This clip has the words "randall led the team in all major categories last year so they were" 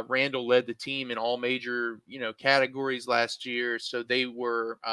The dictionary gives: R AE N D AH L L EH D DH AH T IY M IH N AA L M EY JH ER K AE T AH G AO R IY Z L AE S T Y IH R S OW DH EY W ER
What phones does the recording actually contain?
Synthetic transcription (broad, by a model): R AE N D L L EH D DH AH T IY M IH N AA L M EY JH ER K AE T AH G AO R IY Z L AE S T Y IH R S OW DH EY W ER